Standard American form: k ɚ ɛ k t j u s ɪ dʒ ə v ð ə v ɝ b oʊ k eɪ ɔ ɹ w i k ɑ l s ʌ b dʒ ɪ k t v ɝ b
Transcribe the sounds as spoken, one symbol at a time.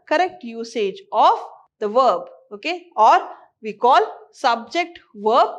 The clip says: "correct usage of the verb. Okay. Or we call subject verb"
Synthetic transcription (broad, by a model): k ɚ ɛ k t j u s ɪ dʒ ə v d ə v ɝ b oʊ k eɪ ɔ ɹ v i k ɑ l s ʌ b dʒ ɪ k t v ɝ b